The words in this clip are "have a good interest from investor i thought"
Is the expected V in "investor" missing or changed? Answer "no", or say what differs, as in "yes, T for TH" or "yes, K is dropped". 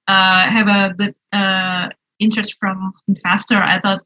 yes, F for V